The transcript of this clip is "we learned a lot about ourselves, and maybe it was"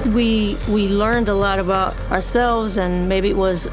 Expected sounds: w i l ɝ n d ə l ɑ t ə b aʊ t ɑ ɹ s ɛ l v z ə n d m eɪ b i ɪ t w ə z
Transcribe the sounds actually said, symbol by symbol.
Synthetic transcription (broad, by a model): w i l ɝ n d ə l ɑ t ə b aʊ t ɑ ɹ s ɛ l v z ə n m eɪ b i ɪ t w ə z